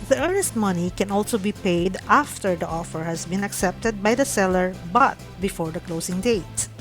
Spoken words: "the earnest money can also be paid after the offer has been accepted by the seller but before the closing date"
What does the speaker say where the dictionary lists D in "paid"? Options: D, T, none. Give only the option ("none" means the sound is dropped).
D